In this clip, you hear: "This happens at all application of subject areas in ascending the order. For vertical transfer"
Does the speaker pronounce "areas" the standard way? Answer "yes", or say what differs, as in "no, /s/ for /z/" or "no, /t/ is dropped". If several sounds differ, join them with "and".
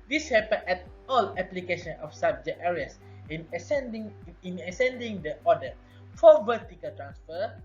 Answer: no, /s/ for /z/